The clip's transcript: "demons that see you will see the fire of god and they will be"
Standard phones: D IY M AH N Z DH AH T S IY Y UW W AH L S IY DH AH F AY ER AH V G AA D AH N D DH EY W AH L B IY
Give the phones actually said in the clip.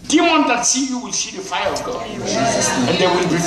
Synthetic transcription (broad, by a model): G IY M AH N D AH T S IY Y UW W AH L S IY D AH F AY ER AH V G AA AH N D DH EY W AH L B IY